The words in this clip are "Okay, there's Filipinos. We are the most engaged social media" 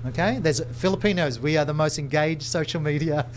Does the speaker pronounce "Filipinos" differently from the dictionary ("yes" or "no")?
no